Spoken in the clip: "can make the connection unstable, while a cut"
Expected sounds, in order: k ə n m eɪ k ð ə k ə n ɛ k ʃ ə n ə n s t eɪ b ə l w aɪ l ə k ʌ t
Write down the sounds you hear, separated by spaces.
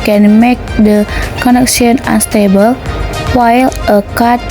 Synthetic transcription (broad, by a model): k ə n m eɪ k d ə k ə n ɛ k s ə n ə n s t eɪ b ə l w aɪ l ə k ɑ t